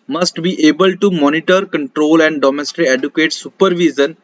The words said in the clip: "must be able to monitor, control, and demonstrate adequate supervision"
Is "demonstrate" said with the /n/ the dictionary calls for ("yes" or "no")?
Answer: no